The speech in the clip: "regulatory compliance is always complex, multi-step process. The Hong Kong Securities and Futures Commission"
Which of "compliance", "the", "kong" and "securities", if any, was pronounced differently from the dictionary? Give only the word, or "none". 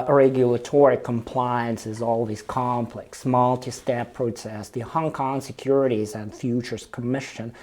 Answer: none